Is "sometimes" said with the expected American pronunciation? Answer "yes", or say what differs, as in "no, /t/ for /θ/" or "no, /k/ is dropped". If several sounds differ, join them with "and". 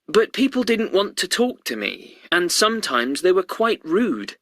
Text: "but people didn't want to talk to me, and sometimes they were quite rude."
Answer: yes